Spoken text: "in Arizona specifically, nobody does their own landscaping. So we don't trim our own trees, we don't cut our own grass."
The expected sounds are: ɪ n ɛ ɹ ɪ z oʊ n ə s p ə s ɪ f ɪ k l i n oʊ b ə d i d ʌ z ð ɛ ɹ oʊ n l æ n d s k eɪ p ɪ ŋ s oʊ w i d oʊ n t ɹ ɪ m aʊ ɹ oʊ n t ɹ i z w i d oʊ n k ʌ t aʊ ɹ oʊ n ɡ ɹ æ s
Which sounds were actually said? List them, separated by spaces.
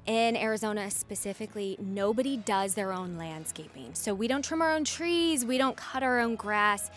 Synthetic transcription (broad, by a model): ɪ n ɛ ɹ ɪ z oʊ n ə s p ə s ɪ f ɪ k l i n oʊ b ə d i d ʌ z ð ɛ ɹ oʊ n l æ n d s k eɪ p ɪ ŋ s oʊ w i d oʊ n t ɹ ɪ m aʊ ɹ oʊ n t ɹ i z w i d oʊ n k ʌ t aʊ ɹ oʊ n ɡ ɹ æ s